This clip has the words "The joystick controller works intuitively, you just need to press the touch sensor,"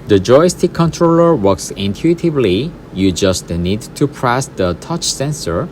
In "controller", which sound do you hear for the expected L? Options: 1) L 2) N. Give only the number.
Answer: 1